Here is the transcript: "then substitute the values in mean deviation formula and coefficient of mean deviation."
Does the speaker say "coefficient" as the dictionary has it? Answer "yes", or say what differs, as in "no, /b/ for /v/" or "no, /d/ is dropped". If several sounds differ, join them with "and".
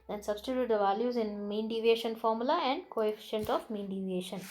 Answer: yes